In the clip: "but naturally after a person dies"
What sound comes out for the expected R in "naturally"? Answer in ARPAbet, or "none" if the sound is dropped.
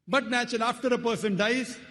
none